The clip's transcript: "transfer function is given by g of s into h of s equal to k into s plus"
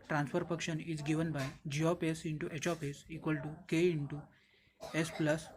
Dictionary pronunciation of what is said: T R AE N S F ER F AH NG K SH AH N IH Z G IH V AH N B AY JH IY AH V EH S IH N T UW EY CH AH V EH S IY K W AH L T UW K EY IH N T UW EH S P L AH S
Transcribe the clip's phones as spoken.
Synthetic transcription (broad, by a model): T R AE N S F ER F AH K SH AH N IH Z G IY V AH N B AY JH IY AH P EH S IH N T UW EY CH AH P EH S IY K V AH L T UW K EY IH N T UW EH S P L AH S